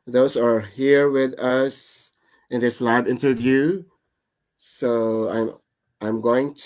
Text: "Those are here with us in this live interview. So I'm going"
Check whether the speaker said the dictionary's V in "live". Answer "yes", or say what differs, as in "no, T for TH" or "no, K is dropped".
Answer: no, B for V